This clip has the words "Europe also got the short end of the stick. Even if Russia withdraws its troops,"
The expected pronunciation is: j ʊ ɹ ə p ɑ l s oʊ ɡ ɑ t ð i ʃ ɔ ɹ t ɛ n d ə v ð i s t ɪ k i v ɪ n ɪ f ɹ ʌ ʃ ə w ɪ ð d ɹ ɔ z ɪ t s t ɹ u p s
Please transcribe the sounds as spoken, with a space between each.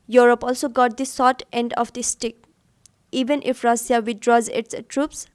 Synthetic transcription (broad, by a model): j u ɹ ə p ɑ l s oʊ ɡ ɑ t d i s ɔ t ɛ n d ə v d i s t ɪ k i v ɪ n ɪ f ɹ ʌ s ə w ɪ d ɹ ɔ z ɪ t s t ɹ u p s